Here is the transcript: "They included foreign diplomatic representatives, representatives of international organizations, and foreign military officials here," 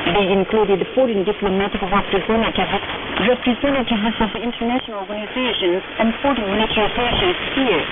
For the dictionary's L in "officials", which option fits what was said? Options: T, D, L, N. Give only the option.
N